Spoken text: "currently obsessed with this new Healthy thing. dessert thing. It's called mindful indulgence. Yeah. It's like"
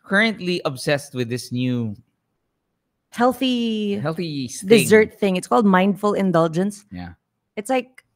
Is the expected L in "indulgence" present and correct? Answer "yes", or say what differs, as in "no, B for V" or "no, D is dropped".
yes